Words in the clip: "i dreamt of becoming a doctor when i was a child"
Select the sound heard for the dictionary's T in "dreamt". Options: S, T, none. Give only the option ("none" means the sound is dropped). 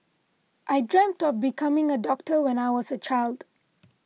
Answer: T